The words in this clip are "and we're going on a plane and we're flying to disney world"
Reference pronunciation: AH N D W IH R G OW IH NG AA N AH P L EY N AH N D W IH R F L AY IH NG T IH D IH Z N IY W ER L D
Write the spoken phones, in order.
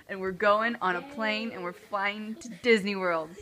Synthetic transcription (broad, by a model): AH N W IH R G OW IH NG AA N AH P L EY N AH N W IH R F AY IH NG T IH D IH Z N IY W ER L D